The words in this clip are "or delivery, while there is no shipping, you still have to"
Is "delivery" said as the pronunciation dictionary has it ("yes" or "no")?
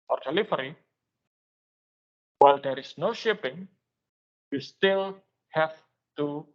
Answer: no